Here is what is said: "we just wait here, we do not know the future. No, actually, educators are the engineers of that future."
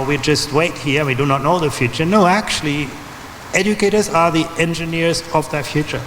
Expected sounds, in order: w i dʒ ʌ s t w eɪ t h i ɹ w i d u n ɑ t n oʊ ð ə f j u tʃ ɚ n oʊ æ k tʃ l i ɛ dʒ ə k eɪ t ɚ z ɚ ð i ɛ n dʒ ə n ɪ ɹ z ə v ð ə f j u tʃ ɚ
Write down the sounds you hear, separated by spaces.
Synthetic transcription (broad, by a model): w i dʒ ʌ s t w eɪ t h i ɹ w i d u n ɑ t n oʊ ð ə f j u tʃ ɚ n oʊ æ k tʃ l i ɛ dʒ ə k eɪ t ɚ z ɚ ð i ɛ n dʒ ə n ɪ ɹ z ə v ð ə f j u tʃ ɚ